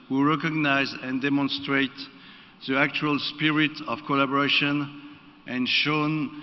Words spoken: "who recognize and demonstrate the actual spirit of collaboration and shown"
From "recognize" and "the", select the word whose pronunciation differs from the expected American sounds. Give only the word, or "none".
none